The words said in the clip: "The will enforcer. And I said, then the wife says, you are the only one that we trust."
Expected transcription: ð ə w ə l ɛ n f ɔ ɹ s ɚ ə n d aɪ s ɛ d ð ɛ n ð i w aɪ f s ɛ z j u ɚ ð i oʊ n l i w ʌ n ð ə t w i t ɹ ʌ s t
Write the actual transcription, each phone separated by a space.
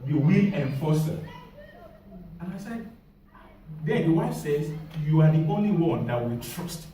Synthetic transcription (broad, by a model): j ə w ə l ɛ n f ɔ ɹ s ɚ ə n aɪ s ɛ d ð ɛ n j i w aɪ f s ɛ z j u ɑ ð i oʊ n l i w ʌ n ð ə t w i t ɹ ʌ s t